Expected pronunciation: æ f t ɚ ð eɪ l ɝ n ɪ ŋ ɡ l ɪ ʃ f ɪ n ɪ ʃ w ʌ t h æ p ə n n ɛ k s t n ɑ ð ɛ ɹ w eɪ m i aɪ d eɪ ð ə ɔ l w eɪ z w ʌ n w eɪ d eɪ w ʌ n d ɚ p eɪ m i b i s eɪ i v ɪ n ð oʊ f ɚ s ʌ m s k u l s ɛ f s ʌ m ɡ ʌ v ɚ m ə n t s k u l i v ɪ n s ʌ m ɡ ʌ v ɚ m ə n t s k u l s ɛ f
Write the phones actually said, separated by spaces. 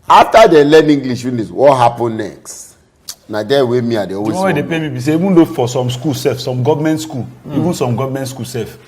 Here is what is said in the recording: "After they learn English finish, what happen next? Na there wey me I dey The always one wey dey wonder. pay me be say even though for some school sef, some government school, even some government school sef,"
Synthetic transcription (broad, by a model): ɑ f t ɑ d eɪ l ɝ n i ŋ ɡ l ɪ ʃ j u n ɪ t w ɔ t h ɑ p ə n n ɛ k s t n ɑ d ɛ w eɪ m i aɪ d eɪ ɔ w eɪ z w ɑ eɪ d eɪ p eɪ m i b i s eɪ i v ɪ n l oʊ f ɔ s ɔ m s k u l s ɛ f s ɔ m ɡ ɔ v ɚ m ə n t s k u l i v ɪ n s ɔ m ɡ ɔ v m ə n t s k u l s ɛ f